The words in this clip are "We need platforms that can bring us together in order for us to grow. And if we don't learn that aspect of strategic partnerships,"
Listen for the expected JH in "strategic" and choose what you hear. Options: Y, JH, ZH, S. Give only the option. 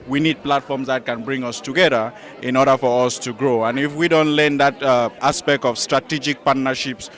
JH